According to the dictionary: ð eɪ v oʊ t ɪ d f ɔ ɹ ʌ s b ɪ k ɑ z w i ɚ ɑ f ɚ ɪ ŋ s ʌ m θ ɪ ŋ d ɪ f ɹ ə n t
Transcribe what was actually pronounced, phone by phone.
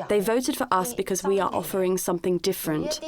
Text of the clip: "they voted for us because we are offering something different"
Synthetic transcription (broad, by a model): ð eɪ v oʊ t ɪ d f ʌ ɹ ʌ s b ɪ k ɑ z w i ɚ ɑ f ɚ ɪ ŋ s ʌ m θ ɪ ŋ d ɪ f ɹ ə n t